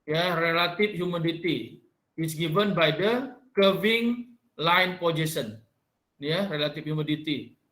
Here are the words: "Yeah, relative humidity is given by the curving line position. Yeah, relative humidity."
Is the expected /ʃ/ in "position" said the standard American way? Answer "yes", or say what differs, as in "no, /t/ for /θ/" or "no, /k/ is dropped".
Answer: no, /s/ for /ʃ/